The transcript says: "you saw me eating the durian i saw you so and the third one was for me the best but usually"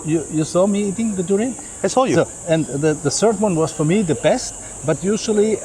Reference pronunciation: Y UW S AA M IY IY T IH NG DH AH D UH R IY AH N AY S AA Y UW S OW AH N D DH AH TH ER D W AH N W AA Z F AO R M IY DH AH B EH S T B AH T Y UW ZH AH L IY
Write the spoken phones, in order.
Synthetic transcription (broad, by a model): Y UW S AA M IY IY T IH NG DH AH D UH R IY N AY S AA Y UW S OW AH N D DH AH S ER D W AH N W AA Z F AO R M IY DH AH B EH S T B AH T Y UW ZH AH L IY